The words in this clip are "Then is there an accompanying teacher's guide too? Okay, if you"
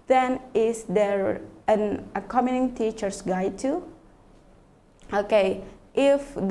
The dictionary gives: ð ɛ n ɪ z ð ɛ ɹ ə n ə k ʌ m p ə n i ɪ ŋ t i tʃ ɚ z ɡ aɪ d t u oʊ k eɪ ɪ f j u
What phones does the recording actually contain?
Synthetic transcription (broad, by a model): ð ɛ n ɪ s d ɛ ɹ ə n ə k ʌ m ə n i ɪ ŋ t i tʃ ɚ s ɡ aɪ t u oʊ k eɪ ɪ f